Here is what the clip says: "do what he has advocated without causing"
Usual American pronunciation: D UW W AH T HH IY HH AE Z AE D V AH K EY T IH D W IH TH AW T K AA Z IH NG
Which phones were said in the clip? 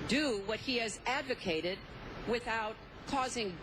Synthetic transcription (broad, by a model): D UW W AH T HH IY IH Z AE D V AH K EY T IH D W IH TH AW T K AA Z IH NG